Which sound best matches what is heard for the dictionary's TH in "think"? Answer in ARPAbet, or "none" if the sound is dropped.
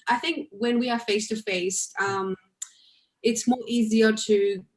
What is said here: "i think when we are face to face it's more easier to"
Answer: TH